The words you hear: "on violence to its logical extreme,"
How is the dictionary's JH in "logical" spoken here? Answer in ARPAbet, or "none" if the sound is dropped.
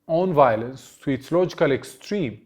JH